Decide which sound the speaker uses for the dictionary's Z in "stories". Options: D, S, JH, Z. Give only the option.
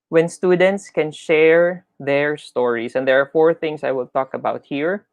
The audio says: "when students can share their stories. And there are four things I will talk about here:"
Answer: S